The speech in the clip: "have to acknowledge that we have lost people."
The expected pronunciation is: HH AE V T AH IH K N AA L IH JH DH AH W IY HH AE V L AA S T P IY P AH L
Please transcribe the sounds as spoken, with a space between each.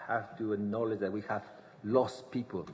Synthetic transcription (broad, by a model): HH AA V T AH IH N AA L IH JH DH AH W IY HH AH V L AA S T P IY P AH L